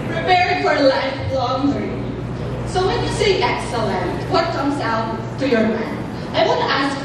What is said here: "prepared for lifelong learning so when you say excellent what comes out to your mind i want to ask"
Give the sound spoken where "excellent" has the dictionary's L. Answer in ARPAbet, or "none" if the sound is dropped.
L